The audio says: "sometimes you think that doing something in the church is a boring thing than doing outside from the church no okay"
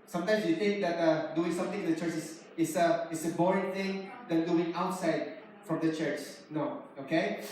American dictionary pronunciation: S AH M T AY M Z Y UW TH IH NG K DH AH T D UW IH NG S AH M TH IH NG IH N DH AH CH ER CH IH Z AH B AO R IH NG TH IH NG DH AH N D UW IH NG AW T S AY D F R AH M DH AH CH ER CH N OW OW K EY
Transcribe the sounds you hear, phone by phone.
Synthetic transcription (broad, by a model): S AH M T AY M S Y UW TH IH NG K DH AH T D UW IH NG S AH M T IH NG IH N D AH CH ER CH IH S AH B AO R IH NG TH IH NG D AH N D UW IH NG AW T S AY D F R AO M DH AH CH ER CH N OW OW K EY